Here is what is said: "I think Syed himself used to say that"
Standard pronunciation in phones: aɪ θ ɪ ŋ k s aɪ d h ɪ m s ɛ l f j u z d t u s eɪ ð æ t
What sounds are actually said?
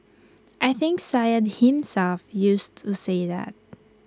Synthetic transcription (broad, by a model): aɪ θ ɪ ŋ k s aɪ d h ɪ m s ɛ l f j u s t u s eɪ ð æ t